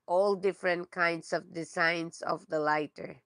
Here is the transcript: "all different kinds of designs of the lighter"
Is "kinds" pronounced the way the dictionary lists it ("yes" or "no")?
no